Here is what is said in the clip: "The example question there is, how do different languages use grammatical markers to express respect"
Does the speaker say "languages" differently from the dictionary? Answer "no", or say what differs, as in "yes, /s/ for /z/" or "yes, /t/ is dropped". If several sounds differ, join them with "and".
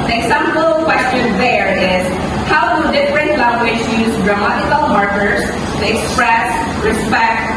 yes, /ʃ/ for /dʒ/